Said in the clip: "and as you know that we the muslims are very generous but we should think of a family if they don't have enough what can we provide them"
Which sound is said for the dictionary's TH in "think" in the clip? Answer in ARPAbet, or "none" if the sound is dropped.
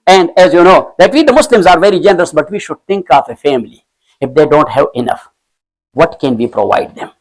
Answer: T